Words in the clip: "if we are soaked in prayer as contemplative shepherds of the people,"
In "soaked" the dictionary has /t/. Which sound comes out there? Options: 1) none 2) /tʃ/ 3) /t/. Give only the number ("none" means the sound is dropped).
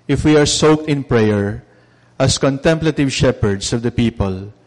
3